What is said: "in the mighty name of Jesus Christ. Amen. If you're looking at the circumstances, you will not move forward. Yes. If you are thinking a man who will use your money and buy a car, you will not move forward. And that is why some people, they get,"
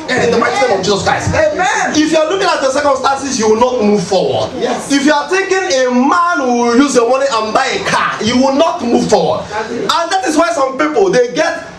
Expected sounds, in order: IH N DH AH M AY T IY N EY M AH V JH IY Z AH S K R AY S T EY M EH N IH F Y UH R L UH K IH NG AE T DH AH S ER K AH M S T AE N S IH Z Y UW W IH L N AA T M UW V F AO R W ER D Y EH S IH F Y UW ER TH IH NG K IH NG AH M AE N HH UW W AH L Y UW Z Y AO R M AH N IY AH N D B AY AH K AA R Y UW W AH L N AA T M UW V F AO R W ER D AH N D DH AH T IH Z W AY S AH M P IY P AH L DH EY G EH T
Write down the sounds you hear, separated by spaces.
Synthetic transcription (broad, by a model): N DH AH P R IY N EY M AH V JH IY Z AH S K R AY S T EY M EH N IH F Y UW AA L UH K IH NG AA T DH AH S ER K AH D S T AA N S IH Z Y UW W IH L N AA T M UW V F AO W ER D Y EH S IH F Y UW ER T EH K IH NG AH M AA N HH UW Y UW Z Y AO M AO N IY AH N B AY AH K AA Y UW W AH L N AA T M UW V F AO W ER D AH N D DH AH T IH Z W AY S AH M P IY P AH L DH EY G EH T